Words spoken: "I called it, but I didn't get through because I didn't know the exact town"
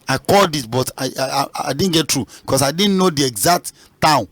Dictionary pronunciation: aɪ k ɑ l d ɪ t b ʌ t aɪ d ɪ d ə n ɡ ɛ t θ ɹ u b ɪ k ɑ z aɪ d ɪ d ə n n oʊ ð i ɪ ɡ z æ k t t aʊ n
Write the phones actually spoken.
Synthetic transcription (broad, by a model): aɪ k ɑ l d ɪ t b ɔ t aɪ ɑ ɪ d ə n ɡ ɛ t ɹ u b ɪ k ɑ s aɪ d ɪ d n n oʊ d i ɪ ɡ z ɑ k t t aʊ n